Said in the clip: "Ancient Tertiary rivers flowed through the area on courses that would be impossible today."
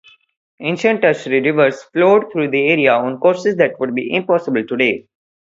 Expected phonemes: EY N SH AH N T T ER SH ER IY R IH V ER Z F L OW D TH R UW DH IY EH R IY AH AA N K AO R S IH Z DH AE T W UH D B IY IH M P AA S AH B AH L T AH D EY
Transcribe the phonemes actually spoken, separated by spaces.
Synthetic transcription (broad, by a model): EY N SH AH N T T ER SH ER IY R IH V ER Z F L OW D T R UW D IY EH R IY AH AA N K AO R S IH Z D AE T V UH D B IY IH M P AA S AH B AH L T AH D EY